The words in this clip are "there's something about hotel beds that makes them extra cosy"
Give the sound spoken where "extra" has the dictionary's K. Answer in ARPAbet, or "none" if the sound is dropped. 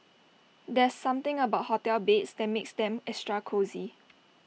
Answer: none